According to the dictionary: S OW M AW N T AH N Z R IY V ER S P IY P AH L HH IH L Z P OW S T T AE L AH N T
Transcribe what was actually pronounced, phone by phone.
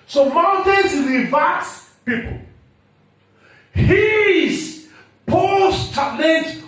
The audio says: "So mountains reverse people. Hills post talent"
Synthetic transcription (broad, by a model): S OW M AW N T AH N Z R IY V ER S P IY P AH L HH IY Z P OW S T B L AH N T